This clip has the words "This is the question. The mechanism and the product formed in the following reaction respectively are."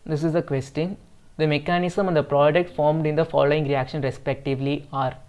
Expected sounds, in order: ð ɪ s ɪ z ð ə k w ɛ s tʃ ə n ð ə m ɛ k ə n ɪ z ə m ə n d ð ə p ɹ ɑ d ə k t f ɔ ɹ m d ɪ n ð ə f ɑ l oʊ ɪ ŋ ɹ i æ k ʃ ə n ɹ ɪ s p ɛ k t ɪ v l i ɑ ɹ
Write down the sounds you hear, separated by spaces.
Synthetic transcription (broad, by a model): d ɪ s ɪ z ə k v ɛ s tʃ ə n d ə m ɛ k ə n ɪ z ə m ə n d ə p ɹ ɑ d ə k t f ɔ ɹ m d ɪ n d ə f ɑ l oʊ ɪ ŋ ɹ i æ k ʃ ə n ɹ ɪ s p ɛ k t ɪ v l i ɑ ɹ